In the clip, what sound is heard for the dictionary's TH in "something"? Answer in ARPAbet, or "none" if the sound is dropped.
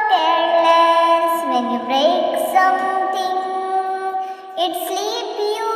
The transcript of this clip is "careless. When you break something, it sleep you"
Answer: T